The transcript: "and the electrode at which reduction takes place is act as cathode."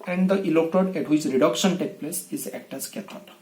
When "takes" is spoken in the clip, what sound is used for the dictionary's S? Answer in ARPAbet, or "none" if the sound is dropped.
none